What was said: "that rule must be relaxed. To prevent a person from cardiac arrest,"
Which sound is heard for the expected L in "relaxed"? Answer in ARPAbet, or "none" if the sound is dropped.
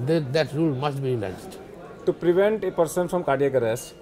N